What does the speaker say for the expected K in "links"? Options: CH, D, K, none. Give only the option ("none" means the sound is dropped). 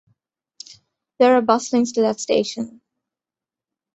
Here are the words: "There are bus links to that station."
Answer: none